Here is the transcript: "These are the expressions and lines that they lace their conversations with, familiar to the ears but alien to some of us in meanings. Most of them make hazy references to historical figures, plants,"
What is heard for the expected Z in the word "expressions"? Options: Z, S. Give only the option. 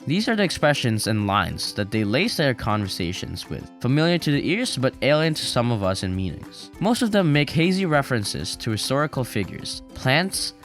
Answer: Z